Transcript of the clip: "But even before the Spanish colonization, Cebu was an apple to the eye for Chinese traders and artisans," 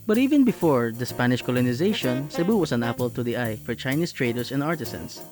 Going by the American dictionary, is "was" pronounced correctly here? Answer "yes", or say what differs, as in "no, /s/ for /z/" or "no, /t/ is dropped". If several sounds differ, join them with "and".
no, /s/ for /z/